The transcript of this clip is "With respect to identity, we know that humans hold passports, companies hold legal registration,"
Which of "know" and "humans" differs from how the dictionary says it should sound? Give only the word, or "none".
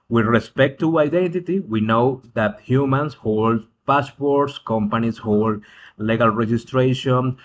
humans